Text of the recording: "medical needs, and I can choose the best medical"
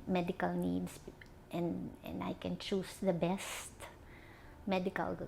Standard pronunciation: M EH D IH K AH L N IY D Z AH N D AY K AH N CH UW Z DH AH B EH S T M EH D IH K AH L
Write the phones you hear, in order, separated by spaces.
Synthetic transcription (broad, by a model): M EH D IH K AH L N IY D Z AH N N AY K AH N CH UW S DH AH B EH S T M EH D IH K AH L